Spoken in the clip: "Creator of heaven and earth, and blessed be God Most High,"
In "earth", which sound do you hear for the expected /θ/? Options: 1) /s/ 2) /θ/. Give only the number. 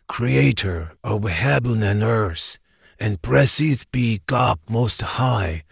1